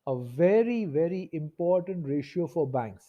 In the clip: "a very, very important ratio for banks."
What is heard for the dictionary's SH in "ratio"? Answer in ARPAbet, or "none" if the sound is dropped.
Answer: SH